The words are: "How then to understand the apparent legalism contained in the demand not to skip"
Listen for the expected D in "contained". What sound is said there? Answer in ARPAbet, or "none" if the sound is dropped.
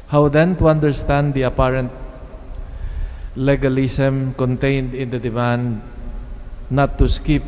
D